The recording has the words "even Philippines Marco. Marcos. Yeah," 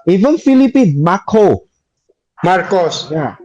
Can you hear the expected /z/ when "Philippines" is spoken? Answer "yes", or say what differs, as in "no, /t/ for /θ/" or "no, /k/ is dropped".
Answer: no, /z/ is dropped